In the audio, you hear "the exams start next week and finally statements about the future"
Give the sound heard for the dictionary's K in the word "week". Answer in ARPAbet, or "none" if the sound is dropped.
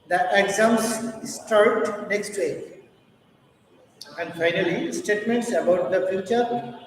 none